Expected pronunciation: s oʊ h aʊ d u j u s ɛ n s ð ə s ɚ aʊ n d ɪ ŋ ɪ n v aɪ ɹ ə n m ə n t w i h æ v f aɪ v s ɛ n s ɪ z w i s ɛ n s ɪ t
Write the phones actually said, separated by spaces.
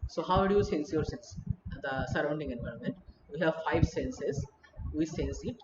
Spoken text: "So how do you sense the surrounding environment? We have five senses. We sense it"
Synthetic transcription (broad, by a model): s oʊ h aʊ d u j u s ɛ n s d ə s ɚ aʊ n d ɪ ŋ ɪ n v aɪ ɹ ə n m ə n t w i h æ v f aɪ v s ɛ n s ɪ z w i s ɛ n s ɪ t